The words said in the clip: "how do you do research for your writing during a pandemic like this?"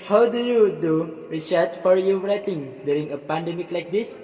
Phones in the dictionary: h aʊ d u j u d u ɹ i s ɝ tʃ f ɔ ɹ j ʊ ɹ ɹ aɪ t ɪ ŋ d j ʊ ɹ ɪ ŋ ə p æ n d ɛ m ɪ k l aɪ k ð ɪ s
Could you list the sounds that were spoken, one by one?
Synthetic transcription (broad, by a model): h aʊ d u j u d u ɹ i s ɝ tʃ f ɔ ɹ j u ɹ ɹ aɪ t ɪ ŋ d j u ɹ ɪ ŋ ə p æ n d ɛ m ɪ k l aɪ k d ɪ s